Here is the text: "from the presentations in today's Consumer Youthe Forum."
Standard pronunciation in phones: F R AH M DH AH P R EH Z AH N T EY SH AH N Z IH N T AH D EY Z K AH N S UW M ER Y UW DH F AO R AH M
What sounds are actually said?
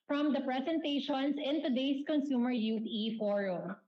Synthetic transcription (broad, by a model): F R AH M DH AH P R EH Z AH N T EY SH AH N S IH N T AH D EY S K AH N S UW M ER Y UW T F AO R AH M